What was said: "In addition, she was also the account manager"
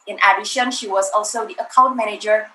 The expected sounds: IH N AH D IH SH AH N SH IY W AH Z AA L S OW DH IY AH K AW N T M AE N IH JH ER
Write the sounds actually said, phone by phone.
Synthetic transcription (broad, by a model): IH N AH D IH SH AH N SH IY W AH Z AA L S OW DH IY AH K AW N T M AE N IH JH ER